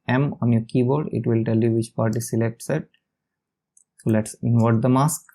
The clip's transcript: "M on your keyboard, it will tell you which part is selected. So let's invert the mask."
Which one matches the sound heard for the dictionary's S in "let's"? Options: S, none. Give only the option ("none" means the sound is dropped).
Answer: S